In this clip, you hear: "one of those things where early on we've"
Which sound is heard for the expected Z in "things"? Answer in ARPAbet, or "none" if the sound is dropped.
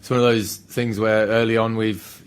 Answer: Z